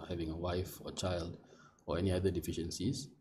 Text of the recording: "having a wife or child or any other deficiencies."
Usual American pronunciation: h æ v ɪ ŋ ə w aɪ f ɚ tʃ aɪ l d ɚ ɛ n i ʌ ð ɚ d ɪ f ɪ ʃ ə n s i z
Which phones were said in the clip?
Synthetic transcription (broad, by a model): h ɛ v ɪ ŋ ə w aɪ f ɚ tʃ aɪ l d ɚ ɛ n i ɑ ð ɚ d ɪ f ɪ ʃ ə n s i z